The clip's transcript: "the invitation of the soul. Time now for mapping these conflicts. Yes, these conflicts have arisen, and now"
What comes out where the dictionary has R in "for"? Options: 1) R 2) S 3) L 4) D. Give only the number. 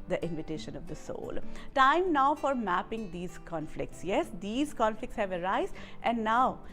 1